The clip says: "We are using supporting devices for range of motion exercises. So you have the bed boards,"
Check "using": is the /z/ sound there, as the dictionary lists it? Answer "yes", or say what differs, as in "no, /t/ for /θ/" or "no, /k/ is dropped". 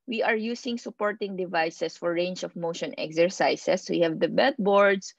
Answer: no, /s/ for /z/